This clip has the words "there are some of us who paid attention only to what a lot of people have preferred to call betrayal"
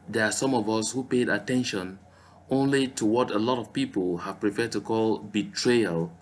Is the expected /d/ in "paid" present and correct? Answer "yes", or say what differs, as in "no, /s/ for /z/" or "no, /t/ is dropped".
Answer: yes